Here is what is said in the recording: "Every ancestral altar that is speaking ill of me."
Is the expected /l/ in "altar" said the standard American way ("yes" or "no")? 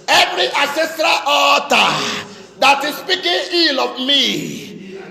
no